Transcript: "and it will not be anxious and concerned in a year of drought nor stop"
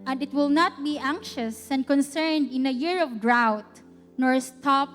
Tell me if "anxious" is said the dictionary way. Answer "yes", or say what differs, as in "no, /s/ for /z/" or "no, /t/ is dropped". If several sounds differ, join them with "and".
yes